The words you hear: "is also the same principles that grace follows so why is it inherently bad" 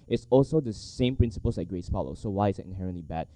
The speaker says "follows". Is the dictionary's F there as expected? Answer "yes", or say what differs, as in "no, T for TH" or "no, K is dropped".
no, P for F